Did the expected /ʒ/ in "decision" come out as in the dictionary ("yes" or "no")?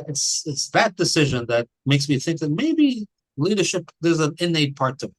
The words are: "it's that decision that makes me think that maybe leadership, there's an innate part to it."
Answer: yes